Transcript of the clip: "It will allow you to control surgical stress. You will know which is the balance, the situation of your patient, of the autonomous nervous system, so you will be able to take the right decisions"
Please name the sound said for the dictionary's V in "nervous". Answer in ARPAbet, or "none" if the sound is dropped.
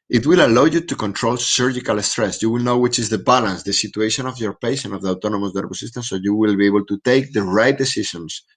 B